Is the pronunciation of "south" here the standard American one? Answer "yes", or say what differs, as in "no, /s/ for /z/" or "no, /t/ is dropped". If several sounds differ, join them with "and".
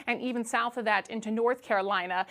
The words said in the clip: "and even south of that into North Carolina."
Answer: yes